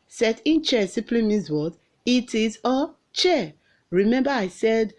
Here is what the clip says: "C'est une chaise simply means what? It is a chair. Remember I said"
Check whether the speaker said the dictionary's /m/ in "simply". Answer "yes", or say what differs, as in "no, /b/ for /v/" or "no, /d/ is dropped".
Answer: no, /m/ is dropped